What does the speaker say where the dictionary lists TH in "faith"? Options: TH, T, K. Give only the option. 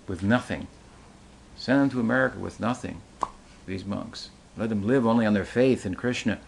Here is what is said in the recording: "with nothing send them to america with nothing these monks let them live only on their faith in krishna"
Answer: TH